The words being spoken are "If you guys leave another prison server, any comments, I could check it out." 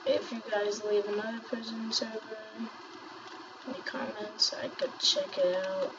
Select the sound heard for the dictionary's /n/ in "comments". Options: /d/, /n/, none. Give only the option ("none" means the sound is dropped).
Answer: /n/